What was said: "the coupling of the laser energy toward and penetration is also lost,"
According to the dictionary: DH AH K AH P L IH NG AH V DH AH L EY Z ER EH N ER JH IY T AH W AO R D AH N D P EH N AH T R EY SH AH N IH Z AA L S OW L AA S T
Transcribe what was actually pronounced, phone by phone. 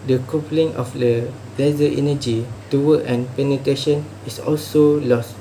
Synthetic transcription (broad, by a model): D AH K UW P L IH NG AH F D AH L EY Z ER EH N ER JH IY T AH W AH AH N P EH N AH T R EY SH AH N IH S AA L S OW L AA S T